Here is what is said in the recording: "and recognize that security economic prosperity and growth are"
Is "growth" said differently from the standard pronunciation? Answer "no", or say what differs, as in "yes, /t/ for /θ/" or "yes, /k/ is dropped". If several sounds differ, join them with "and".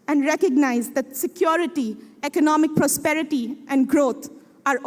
yes, /t/ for /θ/